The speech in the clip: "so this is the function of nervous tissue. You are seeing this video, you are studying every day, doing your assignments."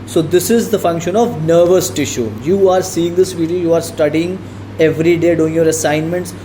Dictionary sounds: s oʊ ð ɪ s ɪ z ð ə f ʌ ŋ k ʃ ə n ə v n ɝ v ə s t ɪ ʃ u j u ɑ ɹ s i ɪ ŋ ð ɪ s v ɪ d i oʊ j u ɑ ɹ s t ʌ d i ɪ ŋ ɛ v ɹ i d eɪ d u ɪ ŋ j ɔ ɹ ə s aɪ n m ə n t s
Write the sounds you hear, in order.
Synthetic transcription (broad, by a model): s oʊ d ɪ s ɪ z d ə f ʌ ŋ k ʃ ə n ə v n ɝ v ə s t ɪ ʃ u j u ɑ ɹ s i ɪ ŋ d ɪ s v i d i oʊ j u ɑ ɹ s t ʌ d i ɪ ŋ ɛ v ɹ i d eɪ d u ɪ ŋ j ɔ ɹ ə s aɪ n m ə n t s